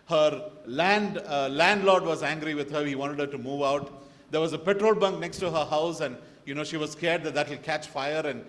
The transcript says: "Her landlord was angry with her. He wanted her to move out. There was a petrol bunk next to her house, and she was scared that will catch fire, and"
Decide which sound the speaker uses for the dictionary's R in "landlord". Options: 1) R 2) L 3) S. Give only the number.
2